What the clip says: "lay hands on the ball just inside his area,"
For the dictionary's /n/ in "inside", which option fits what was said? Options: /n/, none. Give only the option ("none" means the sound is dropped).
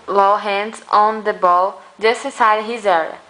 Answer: none